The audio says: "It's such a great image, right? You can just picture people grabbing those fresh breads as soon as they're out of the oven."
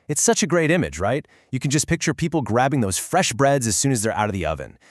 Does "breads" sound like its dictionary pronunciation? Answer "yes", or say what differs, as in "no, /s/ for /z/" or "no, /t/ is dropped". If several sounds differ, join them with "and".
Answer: yes